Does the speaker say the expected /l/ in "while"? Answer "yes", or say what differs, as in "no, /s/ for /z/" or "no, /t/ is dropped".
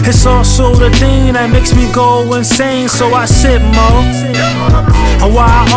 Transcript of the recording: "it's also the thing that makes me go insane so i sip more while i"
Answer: no, /w/ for /l/